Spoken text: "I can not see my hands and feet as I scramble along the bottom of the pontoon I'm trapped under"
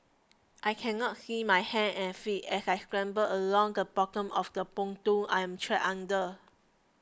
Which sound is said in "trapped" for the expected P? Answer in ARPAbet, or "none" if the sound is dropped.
none